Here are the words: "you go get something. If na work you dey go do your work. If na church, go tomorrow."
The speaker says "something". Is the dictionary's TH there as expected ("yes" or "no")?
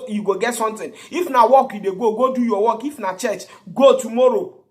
no